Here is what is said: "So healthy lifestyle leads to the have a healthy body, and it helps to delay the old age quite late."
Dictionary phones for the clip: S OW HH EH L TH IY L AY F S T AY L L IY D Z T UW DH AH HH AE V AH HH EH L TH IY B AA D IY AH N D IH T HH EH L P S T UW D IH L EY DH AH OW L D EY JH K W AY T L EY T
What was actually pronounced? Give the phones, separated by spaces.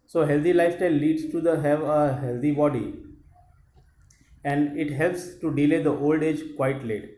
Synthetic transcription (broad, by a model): S OW HH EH L T IY L AY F T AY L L IY D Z T UW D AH HH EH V AH HH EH L T IY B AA D IY AH N D IH T HH EH L P S T UW D IH L EY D AH OW L D EY JH K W AY T L EY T